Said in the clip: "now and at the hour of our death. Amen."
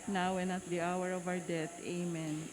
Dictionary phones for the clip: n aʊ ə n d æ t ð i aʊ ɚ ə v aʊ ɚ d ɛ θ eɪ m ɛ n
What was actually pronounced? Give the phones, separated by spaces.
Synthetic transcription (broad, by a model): n aʊ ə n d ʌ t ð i aʊ ɚ ə v aʊ ɚ d ɛ t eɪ m ɛ n